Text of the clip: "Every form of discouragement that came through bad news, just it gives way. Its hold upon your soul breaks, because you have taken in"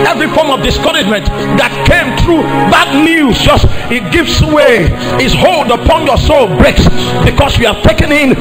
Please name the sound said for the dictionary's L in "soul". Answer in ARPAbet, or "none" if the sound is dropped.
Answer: L